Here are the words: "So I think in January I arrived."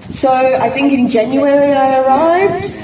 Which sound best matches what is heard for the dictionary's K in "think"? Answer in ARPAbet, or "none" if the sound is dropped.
K